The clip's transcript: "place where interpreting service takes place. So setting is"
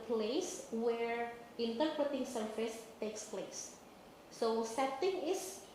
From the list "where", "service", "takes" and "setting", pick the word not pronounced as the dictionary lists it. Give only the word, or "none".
service